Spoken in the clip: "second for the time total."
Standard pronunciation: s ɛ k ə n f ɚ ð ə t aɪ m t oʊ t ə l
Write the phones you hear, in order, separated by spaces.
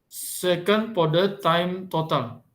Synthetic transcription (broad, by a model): s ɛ k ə n p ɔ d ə t aɪ m t oʊ t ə l